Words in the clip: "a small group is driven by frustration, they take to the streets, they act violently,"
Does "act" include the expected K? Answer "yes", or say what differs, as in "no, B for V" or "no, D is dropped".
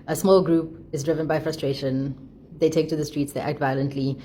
yes